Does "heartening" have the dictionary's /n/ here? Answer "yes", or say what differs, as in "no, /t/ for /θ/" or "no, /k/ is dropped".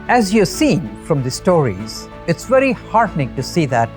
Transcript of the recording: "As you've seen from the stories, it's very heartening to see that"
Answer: yes